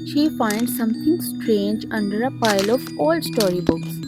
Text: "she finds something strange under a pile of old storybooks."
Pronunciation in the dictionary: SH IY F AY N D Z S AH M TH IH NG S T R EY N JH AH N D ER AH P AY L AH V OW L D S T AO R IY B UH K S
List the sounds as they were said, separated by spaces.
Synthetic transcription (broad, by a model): SH IY F AY N D S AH M T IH NG S T R EY N JH AH N D ER AH P AY L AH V OW L D S T AO R IY B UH K S